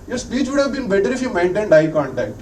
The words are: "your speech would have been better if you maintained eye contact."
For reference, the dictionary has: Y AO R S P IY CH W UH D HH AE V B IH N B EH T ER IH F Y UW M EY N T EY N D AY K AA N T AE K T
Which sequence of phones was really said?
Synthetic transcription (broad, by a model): Y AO R S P IY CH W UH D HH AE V B IH N B EH T ER IH F Y UW M EY N T EY N D AY K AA N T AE K T